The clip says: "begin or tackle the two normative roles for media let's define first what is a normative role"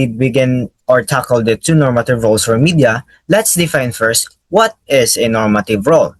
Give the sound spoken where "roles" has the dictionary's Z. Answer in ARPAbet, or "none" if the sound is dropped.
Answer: S